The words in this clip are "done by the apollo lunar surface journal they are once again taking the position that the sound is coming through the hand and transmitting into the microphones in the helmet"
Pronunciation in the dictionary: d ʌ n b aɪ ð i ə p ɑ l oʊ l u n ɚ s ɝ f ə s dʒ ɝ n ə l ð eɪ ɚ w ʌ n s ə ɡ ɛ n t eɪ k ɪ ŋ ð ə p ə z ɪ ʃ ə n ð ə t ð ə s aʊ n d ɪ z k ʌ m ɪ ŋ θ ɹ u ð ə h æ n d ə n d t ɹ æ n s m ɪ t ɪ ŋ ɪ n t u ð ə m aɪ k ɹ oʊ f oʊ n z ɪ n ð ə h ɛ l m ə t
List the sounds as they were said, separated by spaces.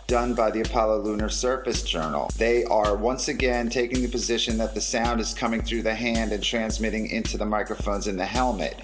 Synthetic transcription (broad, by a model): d ʌ n b aɪ ð i ə p ɑ l oʊ l u n ɚ s ɝ f ə s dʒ ɝ n l ð eɪ ɚ w ʌ n s ə ɡ ɛ n t eɪ k ɪ ŋ ð ə p ə z ɪ ʃ ə n ð ə t ð ə s aʊ n d ɪ z k ʌ m ɪ ŋ θ ɹ u ð ə h æ n d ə n t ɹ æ n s m ɪ t ɪ ŋ ɪ n t u ð ə m aɪ k ɹ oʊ f oʊ n z ɪ n ð ə h ɛ l m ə t